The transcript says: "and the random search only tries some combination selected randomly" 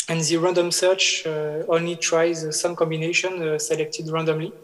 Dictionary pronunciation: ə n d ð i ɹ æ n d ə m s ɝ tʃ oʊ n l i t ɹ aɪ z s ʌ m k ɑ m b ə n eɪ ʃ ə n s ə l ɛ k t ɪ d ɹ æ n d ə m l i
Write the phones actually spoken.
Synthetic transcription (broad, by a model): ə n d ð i ɹ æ n d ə m s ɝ tʃ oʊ n l i t ɹ aɪ z s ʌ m k ɑ m b ə n eɪ ʃ ə n s ə l ɛ k t ɪ d ɹ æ n d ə m l i